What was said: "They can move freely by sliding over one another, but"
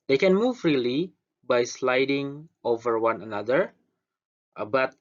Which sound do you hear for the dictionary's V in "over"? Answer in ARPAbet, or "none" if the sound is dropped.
V